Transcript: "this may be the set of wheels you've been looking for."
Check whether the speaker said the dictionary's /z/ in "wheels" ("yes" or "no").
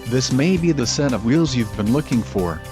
yes